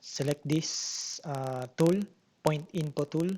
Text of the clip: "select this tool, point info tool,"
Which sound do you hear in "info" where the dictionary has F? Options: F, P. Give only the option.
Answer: P